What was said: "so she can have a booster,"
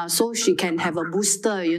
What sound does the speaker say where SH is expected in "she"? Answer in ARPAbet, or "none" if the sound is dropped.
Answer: SH